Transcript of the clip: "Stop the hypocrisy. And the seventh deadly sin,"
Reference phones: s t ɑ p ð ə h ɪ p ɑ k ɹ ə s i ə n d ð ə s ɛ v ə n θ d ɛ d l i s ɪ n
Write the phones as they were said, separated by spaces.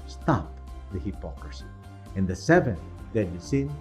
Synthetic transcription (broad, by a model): s t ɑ p ð ə h ɪ p ɑ k ɹ ə s i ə n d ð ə s ɛ v ə n θ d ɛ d i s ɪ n